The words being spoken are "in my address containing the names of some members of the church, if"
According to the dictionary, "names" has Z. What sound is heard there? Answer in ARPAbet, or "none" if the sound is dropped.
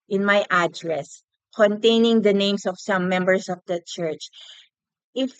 S